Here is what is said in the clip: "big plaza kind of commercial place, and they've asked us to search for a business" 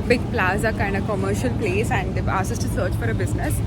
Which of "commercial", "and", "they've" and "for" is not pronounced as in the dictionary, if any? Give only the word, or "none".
they've